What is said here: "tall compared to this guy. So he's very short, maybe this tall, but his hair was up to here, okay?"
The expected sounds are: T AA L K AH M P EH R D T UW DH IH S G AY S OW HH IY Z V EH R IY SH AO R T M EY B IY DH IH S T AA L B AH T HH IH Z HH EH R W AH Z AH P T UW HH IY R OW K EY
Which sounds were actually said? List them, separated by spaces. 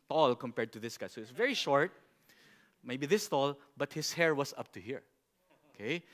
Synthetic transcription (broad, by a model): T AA L K AH M P EH R D T UW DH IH S G AY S OW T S V EH R IY SH AO R T M EY B IY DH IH S T AA L B AH T HH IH S HH EH R W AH S AH P T UW HH IY R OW K EY